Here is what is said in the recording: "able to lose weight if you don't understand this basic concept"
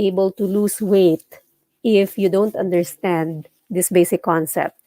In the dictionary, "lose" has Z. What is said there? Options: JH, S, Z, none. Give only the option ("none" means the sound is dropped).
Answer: S